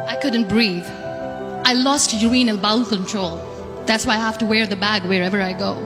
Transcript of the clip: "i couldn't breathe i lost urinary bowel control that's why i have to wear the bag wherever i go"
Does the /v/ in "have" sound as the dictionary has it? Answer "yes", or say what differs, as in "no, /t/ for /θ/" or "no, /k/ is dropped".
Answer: no, /f/ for /v/